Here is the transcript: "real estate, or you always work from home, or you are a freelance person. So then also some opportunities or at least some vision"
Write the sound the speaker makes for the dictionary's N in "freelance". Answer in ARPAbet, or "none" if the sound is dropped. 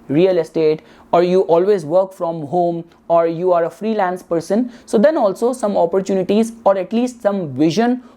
N